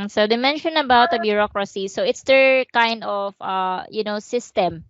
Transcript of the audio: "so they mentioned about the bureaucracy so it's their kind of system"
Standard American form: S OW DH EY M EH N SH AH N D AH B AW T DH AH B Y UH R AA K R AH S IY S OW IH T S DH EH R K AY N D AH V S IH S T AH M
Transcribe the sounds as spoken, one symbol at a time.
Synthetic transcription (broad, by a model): S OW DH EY M EH N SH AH N AH B AW T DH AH B Y UH R AA K R AH S IY S OW IH T S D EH R K AY N D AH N S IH S T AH M